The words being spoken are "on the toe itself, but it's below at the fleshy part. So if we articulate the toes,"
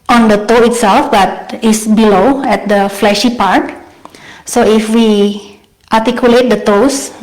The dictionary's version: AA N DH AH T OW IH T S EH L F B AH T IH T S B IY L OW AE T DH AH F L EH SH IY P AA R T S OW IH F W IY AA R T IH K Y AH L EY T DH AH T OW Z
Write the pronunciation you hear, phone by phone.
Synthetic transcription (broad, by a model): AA N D AH T OW IH T S EH L F B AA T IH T S B IY L OW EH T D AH F L EH SH IY P AA R T S OW IH F W IY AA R T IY K Y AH L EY T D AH T OW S